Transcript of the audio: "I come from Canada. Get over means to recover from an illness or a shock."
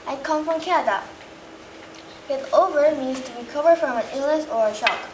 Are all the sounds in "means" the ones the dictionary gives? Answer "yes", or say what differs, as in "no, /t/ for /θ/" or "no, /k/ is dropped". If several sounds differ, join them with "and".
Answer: yes